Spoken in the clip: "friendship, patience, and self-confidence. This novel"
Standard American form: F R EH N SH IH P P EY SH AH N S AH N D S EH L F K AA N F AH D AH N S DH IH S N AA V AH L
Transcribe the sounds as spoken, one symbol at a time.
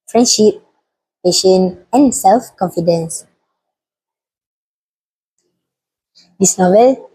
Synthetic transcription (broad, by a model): F R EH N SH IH P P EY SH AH N AH N S EH L F K AA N F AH D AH N S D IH S N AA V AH L